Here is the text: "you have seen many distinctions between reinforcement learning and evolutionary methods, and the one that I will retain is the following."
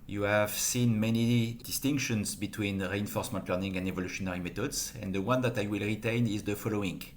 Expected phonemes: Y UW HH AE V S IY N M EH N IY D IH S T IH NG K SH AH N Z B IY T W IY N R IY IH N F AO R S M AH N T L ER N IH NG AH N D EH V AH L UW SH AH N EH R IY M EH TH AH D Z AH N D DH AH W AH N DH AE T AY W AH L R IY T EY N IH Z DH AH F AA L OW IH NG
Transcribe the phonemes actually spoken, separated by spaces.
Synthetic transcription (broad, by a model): Y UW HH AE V S IY N M EH N IY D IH S T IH NG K SH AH N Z B IY T W IY N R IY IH N F AO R S M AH N T L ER N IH NG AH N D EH V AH L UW SH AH N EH R IY M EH T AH D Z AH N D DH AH W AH N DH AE T AY W AH L R IY T EY N IH Z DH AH F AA L OW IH NG